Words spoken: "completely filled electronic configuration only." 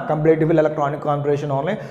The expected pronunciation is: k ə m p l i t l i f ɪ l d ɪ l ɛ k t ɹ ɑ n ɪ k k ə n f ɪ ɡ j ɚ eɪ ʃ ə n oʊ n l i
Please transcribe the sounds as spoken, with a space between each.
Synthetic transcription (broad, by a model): k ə m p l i t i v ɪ l ɪ l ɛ k t ɹ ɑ n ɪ k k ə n p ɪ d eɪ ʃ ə n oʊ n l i